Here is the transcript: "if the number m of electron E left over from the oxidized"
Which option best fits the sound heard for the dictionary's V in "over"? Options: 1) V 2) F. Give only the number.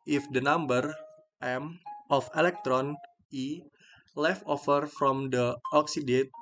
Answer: 2